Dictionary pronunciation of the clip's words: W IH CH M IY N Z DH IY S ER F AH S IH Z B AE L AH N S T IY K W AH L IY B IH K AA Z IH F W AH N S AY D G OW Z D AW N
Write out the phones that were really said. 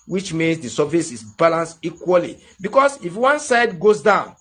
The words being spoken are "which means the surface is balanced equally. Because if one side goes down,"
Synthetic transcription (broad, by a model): W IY CH M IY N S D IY S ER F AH S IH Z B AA L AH N S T IY K W AH L IY B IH K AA S IH F W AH N S AY D G OW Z D AW N